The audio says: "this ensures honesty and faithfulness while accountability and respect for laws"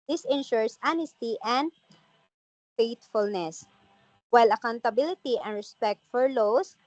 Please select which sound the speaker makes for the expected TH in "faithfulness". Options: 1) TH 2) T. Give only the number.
2